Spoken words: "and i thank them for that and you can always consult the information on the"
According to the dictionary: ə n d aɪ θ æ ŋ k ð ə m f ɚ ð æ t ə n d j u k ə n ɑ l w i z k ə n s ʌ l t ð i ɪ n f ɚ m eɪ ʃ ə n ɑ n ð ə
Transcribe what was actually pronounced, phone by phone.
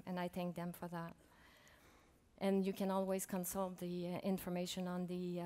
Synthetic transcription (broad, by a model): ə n aɪ θ æ ŋ k ð ə m f ɚ ð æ t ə n j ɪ k ə n ɑ l w i z k ə n s ʌ l t ð i ɪ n f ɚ m eɪ ʃ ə n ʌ n ð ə